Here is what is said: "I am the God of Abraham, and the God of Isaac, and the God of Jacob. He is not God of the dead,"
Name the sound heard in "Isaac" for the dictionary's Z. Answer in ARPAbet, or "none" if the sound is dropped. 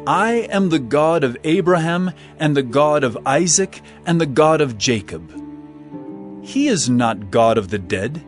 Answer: Z